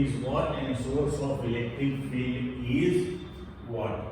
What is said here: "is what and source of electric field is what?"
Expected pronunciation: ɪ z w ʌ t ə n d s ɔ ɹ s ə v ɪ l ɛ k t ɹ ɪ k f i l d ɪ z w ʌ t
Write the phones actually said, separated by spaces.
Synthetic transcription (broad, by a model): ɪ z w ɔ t ə n d s ɔ ɹ s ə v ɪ l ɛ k t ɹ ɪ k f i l ɪ z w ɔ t